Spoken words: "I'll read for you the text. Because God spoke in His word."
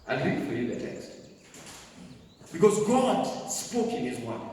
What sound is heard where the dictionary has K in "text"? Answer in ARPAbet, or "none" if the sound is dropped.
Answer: K